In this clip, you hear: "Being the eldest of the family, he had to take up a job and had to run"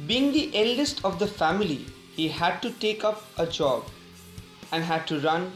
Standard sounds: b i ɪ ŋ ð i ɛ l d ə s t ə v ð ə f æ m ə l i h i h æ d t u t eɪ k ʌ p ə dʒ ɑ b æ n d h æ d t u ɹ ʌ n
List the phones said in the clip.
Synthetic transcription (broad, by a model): b i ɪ ŋ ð i ɛ l d ə s t ə v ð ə f æ m ə l i h i h æ d t u t eɪ k ʌ p ə dʒ ɑ b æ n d h æ d t u ɹ ʌ n